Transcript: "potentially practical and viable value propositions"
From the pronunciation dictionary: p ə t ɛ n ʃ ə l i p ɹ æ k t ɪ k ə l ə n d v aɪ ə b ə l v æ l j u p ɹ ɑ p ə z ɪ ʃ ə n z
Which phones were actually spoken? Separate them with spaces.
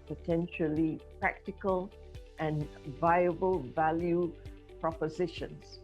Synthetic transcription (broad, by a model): p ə t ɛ n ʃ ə l i p ɹ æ k t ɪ k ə l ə n v aɪ ə b ə l v æ l j u p ɹ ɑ p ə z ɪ ʃ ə n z